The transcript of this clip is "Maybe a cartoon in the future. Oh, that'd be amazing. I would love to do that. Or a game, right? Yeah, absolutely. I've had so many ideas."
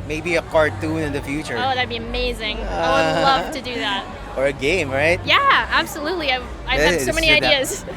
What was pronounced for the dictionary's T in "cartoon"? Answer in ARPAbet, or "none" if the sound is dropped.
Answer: T